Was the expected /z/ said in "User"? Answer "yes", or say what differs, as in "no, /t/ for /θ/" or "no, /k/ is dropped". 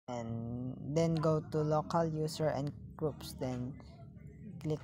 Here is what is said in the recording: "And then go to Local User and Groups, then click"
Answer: no, /s/ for /z/